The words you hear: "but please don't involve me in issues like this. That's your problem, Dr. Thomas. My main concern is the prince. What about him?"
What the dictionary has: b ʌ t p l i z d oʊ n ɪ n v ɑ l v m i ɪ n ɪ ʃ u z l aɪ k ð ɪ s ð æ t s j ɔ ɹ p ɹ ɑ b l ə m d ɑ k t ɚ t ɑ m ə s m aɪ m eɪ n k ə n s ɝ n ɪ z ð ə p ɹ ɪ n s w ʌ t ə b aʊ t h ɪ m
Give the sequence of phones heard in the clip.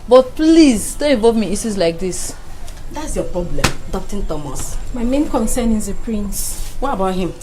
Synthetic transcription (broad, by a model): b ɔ t p l i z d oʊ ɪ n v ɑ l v m i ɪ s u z l aɪ k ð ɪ s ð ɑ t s j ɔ p ɹ ɑ b l ə m d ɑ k t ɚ t ɑ m ə s m aɪ m eɪ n k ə n s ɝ n ɪ z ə p ɹ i n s w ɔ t ə b aʊ t h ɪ m